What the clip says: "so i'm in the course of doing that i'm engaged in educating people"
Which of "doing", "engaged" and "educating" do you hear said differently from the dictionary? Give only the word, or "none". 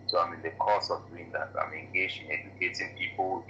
engaged